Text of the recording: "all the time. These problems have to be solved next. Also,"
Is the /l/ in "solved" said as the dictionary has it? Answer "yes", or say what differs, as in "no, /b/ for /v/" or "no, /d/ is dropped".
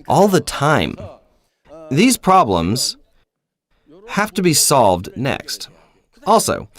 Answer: yes